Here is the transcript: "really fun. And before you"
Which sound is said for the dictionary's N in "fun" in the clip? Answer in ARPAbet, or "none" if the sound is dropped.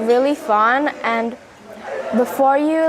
N